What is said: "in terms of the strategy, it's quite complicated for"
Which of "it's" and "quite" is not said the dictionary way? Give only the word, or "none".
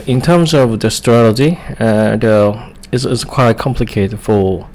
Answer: it's